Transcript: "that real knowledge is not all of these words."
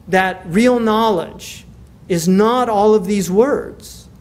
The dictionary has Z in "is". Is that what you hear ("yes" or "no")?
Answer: yes